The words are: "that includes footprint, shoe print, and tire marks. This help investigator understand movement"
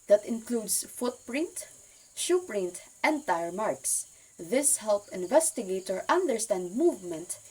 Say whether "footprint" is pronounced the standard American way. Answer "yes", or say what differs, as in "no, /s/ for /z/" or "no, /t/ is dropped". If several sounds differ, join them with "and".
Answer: yes